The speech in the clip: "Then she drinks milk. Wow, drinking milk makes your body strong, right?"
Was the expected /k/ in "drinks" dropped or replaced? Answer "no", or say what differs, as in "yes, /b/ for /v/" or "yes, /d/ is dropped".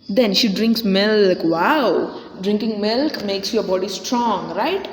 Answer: no